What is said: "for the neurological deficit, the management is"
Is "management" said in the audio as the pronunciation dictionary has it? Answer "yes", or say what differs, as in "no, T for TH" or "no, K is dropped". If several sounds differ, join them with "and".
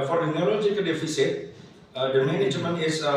no, T is dropped